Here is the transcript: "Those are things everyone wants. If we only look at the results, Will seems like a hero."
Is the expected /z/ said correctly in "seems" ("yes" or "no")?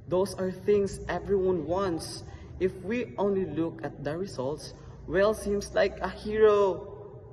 no